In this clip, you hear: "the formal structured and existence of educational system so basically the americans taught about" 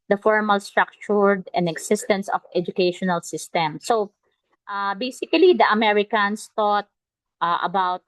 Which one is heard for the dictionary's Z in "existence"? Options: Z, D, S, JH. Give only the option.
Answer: S